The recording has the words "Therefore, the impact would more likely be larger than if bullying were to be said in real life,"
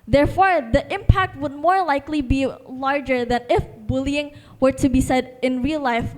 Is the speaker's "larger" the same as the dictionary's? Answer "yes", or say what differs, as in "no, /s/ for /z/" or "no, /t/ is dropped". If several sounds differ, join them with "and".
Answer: yes